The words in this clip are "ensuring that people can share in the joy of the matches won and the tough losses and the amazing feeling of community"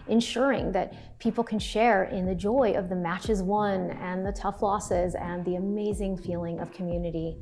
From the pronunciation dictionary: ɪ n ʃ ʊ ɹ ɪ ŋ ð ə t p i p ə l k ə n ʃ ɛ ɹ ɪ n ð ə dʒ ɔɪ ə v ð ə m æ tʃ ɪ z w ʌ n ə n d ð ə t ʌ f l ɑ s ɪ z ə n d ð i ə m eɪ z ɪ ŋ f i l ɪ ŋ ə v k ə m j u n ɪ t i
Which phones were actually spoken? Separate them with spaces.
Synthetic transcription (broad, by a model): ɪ n ʃ ʊ ɹ ɪ ŋ ð ə t p i p l k ə n ʃ ɛ ɹ ɪ n ð ə dʒ ɔɪ ə v ð ə m æ tʃ ɪ z w ʌ n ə n ð ə t ʌ f l ɑ s ɪ z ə n ð i ə m eɪ z ɪ ŋ f i l ɪ ŋ ə v k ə m j u n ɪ t i